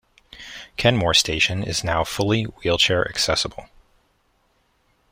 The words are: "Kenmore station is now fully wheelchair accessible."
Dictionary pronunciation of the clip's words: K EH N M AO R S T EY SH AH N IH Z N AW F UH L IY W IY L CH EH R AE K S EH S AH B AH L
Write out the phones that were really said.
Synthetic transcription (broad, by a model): K EH N M AO R S T EY SH AH N IH Z N AW F UH L IY W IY L CH EH R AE K S EH S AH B L